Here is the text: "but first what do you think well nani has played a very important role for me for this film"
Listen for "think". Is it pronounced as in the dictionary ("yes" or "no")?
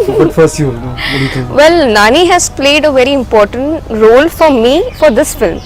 no